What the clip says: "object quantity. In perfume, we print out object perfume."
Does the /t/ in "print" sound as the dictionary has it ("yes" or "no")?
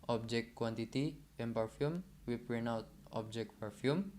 no